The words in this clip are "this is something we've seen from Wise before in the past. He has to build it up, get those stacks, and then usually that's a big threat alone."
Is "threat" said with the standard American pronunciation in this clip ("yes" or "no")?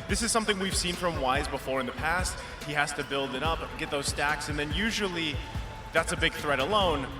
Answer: yes